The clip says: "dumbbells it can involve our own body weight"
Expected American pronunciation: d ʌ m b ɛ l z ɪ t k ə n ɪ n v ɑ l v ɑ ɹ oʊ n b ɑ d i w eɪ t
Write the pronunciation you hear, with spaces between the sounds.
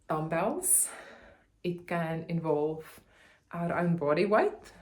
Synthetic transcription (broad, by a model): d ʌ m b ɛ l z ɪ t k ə n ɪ n v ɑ l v ɑ ɹ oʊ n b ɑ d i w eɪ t